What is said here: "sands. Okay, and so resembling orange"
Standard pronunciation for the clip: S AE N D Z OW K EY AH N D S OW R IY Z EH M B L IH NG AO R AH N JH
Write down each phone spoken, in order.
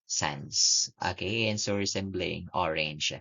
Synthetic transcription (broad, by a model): S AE N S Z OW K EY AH N S OW R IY S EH M B L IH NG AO R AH N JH